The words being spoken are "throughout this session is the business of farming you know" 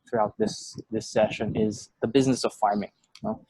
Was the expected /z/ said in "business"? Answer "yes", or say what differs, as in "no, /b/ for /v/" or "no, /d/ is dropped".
yes